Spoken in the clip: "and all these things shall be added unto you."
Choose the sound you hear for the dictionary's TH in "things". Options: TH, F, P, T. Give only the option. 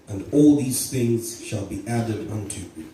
TH